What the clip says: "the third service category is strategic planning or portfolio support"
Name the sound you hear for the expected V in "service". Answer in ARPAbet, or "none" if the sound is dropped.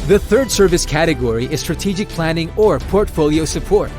V